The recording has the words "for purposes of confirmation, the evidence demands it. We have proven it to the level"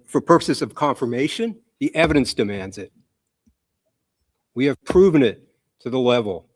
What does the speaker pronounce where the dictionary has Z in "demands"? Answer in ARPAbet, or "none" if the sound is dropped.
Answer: Z